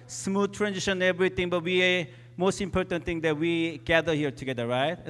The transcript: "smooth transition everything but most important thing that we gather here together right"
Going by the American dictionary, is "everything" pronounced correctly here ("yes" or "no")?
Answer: no